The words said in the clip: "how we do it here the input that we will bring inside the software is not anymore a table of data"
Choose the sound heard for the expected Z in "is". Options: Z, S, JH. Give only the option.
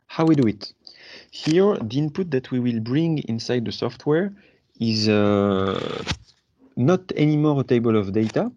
Z